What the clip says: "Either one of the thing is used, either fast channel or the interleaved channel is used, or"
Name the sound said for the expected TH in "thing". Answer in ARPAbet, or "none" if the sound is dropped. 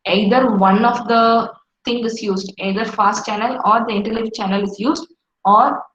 T